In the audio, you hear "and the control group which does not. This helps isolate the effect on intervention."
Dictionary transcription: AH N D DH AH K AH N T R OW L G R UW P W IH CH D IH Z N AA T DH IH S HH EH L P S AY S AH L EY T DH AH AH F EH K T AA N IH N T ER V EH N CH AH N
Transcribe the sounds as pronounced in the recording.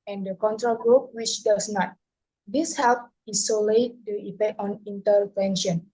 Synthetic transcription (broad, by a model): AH N D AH K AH N T R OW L G R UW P W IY CH D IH S N AA T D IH S HH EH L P IY S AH L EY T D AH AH P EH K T AA N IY N T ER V EH N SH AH N